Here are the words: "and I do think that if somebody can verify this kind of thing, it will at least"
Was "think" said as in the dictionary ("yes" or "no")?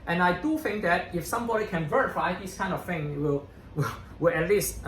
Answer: yes